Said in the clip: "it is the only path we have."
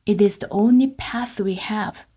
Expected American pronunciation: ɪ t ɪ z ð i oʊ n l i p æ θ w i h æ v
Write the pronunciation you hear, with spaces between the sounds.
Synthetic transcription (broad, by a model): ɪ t ɪ z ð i oʊ n l i p æ θ w i h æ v